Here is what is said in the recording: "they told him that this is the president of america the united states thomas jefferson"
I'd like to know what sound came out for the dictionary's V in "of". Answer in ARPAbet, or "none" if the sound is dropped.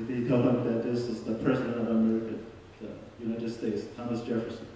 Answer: V